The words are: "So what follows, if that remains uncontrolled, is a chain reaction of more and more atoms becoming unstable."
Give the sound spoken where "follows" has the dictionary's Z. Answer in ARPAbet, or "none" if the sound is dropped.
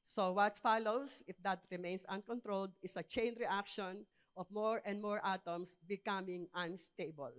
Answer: S